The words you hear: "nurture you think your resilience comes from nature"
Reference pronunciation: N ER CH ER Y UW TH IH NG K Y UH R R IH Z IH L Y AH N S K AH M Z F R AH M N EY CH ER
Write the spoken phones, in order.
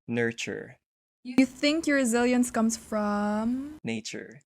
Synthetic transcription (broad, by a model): N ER CH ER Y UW TH IH NG K Y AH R R IH Z IH L Y AH N S K AH M Z F R AH M N EY CH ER